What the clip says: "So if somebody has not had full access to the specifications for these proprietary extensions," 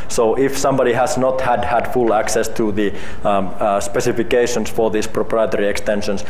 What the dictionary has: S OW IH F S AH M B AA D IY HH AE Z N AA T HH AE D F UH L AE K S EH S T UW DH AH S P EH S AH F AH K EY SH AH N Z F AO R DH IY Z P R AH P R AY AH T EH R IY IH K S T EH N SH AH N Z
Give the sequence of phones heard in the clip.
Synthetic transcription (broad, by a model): S OW IH F S AH M B AA D IY HH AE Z N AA T HH AE D F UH L AE K S EH S T UW DH AH S P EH S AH F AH K EY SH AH N S F AO R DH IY S P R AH P R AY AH T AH R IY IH K S T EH N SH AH N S